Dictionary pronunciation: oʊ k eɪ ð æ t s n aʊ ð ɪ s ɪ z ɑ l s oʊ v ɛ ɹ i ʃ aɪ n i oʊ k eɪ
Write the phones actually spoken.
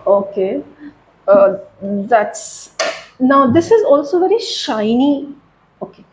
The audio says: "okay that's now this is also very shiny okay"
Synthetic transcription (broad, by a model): oʊ k eɪ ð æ t s n aʊ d ɪ s ɪ z ɑ l s oʊ v ɛ ɹ i ʃ aɪ n i oʊ k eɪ